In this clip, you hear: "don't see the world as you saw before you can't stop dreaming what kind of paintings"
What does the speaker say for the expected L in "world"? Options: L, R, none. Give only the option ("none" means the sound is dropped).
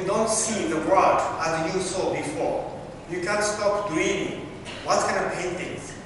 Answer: none